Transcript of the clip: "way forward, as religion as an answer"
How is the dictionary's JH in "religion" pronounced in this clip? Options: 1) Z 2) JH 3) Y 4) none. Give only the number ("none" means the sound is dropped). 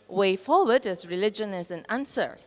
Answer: 2